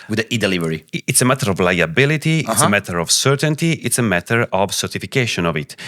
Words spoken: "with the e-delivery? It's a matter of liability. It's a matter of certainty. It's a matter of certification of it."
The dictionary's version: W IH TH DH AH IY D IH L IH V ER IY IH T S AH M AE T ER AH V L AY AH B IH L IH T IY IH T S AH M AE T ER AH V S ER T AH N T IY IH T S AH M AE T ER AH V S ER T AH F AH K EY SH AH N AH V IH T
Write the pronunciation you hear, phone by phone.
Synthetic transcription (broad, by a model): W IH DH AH IY D IH L IH V ER IY IH T S AH M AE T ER AH V L AY AH B IH L IH T IY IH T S AH M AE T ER AH V S ER T AH N T IY IH T S AH M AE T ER AH V S ER T AH F AH K EY SH AH N AH V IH T